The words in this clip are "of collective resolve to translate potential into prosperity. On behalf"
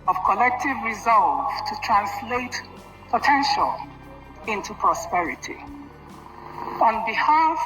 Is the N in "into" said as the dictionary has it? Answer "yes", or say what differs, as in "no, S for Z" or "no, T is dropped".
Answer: yes